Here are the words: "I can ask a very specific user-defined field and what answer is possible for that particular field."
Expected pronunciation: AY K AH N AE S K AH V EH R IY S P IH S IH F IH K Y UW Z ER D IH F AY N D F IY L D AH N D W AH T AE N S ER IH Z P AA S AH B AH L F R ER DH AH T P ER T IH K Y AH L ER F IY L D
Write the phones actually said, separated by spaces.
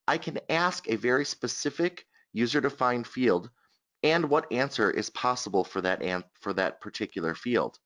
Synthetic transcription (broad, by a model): AY K AH N AE S K AH V EH R IY S P IH S IH F IH K Y UW Z ER D IH F AY N D F IY L D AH N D W AH T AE N S ER IH Z P AA S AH B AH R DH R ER DH AH T P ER T IH K Y L ER F IY L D